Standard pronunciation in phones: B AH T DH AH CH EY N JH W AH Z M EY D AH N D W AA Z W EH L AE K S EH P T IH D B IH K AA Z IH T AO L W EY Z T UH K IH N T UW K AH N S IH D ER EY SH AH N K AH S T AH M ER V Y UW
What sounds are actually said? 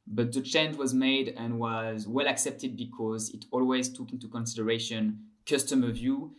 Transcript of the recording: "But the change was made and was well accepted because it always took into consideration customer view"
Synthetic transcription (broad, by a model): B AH T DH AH CH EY N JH W AH Z M EY D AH N W AA Z W EH L AE K S EH P T IH D B IH K AA Z IH T AO L W EY Z T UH K IH N T UW K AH N S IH D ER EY SH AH N K AH S T AH M ER V Y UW